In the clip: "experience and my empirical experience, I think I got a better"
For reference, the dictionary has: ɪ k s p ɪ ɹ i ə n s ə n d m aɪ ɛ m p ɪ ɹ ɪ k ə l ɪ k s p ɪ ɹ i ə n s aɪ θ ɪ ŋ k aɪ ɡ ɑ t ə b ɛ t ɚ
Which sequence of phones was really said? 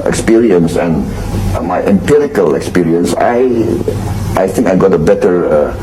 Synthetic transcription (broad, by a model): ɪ k s p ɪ ɹ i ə n s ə n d m aɪ ɛ m p ɪ ɹ ɪ k ə l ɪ k s p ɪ ɹ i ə n s aɪ θ ɪ ŋ k aɪ ɡ ɑ t ə b ɛ t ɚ